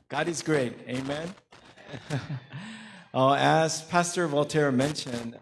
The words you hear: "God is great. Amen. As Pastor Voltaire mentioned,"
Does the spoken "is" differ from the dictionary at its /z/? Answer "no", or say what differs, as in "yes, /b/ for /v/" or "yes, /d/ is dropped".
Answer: no